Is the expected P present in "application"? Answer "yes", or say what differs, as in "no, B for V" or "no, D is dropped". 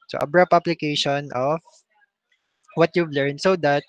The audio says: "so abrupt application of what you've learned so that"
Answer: no, B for P